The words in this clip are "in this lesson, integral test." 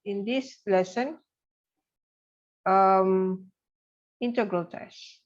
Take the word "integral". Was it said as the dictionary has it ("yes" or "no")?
yes